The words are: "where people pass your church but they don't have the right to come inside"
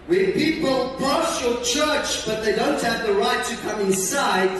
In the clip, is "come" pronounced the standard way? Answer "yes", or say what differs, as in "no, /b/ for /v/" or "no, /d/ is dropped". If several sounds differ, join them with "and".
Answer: yes